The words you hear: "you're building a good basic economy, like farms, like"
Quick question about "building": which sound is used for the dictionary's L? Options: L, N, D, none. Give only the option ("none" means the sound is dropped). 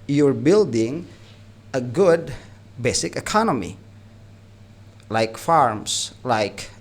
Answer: L